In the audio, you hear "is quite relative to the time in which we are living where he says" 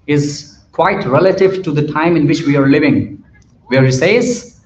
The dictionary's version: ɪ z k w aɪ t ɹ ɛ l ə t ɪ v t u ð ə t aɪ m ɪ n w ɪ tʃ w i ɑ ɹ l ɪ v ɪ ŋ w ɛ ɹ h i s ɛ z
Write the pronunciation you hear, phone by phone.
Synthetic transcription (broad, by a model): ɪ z k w aɪ t ɹ ɛ l ə t ɪ v t u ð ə t aɪ m ɪ n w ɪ tʃ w i ɑ ɹ l ɪ v ɪ ŋ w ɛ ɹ h i s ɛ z